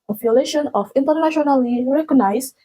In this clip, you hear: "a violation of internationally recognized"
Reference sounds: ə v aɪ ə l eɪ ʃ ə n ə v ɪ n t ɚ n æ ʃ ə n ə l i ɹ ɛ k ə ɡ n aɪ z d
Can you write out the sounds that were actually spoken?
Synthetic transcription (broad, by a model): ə f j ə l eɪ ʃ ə n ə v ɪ n t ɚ n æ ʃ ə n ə l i ɹ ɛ k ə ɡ n aɪ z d